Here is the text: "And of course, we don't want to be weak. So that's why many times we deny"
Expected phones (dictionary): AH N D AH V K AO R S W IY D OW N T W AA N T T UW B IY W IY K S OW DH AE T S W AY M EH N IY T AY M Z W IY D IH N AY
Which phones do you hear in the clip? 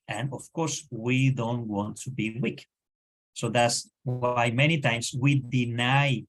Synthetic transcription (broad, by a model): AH N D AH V K AO R S W IY D OW N T W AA N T T UW B IY W IY K S OW DH AE T S W AY M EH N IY T AY M S W IY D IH N AY